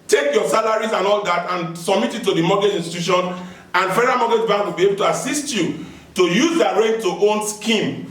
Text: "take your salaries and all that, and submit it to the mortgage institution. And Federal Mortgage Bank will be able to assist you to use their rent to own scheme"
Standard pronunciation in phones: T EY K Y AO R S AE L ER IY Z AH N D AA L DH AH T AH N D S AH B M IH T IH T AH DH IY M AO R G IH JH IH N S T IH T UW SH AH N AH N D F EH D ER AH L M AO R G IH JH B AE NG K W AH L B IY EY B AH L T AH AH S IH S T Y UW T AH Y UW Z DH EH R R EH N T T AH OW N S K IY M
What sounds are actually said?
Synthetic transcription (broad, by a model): T EY K Y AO S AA L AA IY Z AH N AA L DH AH T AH N S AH B M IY T IH T AH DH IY M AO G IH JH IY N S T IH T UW SH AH N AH N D F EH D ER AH M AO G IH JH B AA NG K W AH L B IY EY B AH L T AH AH S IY S T Y UW T AH Y UW Z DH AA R R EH T T OW N S K IY M